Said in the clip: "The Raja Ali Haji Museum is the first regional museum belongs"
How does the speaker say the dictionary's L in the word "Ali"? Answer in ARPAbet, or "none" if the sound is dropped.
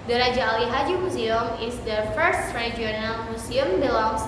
L